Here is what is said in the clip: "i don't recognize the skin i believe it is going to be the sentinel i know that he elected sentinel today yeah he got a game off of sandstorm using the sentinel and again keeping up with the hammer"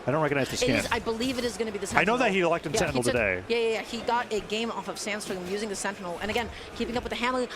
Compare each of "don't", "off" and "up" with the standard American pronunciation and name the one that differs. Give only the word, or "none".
none